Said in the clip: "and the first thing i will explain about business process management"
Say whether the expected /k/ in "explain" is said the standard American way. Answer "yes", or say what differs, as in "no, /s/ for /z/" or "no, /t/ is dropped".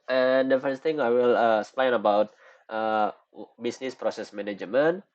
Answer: no, /k/ is dropped